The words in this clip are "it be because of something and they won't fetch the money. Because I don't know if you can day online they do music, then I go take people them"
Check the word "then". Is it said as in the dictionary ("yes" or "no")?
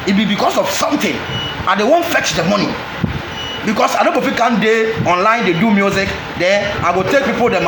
no